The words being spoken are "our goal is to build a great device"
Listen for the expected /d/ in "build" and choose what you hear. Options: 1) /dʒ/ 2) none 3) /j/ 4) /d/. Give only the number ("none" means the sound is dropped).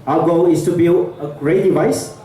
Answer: 2